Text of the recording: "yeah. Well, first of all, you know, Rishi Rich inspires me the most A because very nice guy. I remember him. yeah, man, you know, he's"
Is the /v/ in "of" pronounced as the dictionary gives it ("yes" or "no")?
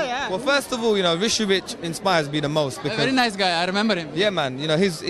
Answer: yes